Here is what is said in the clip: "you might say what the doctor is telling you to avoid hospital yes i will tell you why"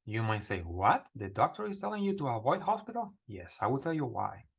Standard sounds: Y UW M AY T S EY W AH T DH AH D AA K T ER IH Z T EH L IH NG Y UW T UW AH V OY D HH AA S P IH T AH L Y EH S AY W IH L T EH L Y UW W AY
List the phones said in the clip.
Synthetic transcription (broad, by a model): Y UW M AY T S EY W AH T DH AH D AA K T ER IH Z T EH L IH NG Y UW T UW AH V OY D HH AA S P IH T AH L Y EH S AY W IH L T EH L Y UW W AY